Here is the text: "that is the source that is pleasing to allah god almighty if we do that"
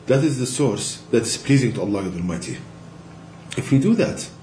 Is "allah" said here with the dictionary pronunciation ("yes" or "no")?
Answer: yes